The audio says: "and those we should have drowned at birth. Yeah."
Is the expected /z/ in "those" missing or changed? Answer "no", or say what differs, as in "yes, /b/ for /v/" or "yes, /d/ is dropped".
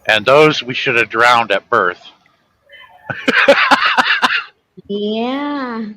no